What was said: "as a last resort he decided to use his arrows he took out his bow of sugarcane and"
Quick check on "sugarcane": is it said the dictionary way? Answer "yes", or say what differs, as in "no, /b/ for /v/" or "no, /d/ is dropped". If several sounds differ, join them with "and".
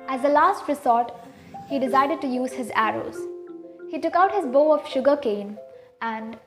yes